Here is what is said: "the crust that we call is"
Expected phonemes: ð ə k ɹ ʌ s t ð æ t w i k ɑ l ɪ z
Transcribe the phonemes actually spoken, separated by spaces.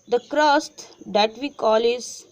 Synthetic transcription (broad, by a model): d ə k ɹ ʌ s t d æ t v i k ɑ l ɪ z